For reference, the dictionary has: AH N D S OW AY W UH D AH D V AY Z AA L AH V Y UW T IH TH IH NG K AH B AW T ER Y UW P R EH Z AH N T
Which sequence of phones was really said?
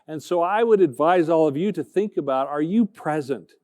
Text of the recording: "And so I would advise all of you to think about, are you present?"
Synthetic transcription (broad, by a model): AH N S OW AY W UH D AH D V AY Z AA L AH V Y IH T IH TH IH NG K AH B AW T ER Y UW P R EH Z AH N T